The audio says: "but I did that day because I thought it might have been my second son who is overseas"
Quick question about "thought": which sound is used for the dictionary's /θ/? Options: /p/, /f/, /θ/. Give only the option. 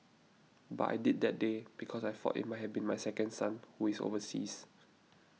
/f/